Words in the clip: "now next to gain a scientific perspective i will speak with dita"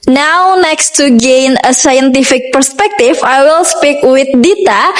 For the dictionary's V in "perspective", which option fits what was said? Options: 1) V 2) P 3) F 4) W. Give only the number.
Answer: 3